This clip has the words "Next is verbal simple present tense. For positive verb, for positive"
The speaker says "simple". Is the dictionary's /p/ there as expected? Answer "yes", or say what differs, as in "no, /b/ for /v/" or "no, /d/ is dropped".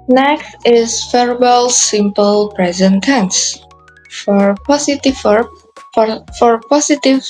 yes